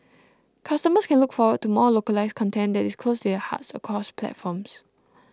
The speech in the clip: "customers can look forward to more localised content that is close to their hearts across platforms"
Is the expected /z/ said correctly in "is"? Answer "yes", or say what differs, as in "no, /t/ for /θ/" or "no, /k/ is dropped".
no, /s/ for /z/